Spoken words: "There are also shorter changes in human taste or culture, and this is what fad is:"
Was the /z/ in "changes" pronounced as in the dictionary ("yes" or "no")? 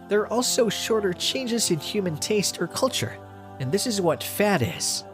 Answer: yes